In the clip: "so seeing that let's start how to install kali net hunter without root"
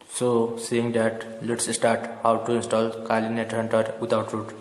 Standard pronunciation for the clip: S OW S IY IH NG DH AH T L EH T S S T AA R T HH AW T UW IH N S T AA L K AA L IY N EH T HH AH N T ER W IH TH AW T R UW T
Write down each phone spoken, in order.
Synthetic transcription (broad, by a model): S OW S IY IH NG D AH T L EH T S S T AA R T HH AW T UW IH N S T AA L K AA L IY N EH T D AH N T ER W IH T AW T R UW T